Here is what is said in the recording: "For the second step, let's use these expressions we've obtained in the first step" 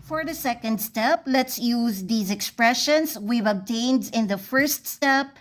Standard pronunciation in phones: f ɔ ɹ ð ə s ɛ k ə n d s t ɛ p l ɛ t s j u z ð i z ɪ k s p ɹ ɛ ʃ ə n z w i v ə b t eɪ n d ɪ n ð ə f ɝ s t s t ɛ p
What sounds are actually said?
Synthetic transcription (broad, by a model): f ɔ ɹ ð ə s ɛ k ə n d s t ɛ p l ɛ t s j u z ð i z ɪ k s p ɹ ɛ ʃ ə n s w i v ə b t eɪ n d ɪ n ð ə f ɝ s t s t ɛ p